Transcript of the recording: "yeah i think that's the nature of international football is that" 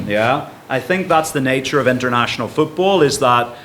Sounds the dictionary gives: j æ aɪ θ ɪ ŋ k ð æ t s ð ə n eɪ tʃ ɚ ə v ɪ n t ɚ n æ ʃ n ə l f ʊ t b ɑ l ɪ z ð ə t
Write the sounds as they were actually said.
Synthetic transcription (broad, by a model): j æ aɪ θ ɪ ŋ k ð æ t s ð ə n eɪ tʃ ɚ ə v ɪ n t ɚ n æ ʃ n l f ʊ t b ɑ l ɪ z ð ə t